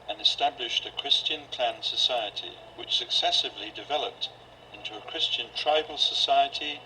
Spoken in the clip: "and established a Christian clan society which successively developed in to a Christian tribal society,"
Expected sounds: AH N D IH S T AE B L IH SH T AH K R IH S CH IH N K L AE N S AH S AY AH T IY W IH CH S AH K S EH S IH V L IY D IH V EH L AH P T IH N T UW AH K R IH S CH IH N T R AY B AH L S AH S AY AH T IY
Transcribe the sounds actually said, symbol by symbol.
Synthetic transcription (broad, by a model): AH N IH S T AE B L IH SH T AH K R IH S CH IH N K L AE N S AH S AY AH T IY W IH CH S AH K S EH S IH V L IY D IH V EH L AH P T IH N T UW AH K R IH S CH IH N T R AY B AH L S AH S AY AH T IY